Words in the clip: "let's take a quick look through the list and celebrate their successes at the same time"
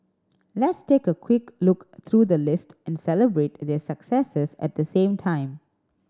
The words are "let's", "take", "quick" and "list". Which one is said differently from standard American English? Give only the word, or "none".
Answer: none